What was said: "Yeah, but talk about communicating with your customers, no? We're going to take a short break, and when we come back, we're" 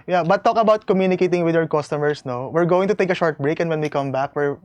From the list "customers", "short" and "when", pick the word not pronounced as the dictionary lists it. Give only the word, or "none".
customers